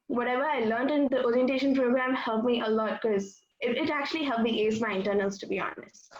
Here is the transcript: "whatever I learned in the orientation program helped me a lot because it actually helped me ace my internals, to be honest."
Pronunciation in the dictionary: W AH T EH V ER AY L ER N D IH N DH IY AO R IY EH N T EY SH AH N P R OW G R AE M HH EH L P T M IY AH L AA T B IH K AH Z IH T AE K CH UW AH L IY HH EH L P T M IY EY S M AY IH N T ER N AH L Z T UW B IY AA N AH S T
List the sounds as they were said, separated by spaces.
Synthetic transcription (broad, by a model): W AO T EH V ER AY L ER N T IH N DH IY AO R IY EH N T EY SH AH N P R OW G R AE M HH EH L P M IY AH L AA T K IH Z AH IH T AE K CH UW AH L IY HH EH L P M IY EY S M AY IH N T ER N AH L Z T UW B IY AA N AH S